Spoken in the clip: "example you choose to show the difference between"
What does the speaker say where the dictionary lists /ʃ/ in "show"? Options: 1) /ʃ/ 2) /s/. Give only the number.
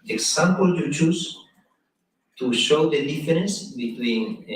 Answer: 1